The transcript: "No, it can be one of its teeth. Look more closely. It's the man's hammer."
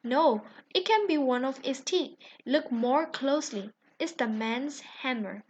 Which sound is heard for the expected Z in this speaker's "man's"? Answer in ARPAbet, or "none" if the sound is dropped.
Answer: S